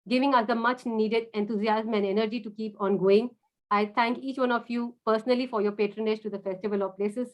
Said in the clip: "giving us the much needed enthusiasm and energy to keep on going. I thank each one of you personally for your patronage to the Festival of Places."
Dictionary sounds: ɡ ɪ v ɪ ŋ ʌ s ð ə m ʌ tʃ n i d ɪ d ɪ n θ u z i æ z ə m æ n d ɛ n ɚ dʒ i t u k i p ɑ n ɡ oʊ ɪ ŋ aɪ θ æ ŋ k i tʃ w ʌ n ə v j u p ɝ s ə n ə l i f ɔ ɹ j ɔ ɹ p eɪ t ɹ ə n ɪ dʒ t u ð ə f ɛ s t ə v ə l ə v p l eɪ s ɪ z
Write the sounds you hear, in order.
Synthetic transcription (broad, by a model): ɡ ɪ v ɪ ŋ ʌ s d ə m ʌ tʃ n i d ɪ d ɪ n t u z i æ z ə m æ n d ɛ n ɚ dʒ i t u k i p ɑ n ɡ oʊ ɪ ŋ aɪ t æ ŋ k i tʃ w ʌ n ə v j u p ɝ s ə n ə l i f ɔ ɹ j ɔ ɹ p eɪ t ɹ ə n ɪ dʒ t u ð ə f ɛ s t ə v ə l ə v p l eɪ s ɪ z